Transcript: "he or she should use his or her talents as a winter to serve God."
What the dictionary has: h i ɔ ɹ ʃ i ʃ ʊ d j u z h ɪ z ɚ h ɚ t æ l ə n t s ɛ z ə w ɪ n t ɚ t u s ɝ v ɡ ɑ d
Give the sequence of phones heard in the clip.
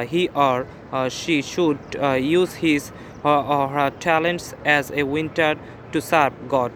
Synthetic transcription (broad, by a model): h i ɔ ɹ ʃ i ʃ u d j u z h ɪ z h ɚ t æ l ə n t s ɛ z ə w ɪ n t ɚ t u s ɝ b ɡ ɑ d